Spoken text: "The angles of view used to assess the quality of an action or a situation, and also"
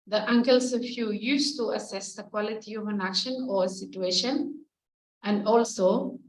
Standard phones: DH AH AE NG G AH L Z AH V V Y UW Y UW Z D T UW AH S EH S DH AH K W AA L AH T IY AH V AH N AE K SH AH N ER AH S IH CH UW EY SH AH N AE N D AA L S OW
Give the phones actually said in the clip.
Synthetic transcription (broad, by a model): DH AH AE NG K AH L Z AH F Y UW Y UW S T UW AH S EH S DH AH K W AA L AH T IY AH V AH N AE K SH AH N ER AH S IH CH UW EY SH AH N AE N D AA L S OW